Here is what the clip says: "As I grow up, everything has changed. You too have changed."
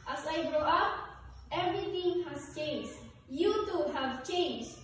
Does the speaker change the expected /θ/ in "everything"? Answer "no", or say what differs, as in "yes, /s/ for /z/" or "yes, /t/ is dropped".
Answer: yes, /t/ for /θ/